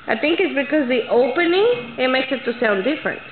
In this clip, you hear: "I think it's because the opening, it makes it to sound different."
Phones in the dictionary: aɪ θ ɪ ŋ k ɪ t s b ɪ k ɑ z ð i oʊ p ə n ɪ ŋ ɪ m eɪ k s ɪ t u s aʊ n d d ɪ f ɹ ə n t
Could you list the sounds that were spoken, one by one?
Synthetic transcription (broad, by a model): aɪ t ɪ ŋ k ɪ t s b ɪ k ɑ z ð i oʊ p ə n ɪ ŋ ɪ m eɪ k s ɪ t u s aʊ n d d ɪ f ɹ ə n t